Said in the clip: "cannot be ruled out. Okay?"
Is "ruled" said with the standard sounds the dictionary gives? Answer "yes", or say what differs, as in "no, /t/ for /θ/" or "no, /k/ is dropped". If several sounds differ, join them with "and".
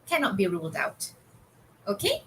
yes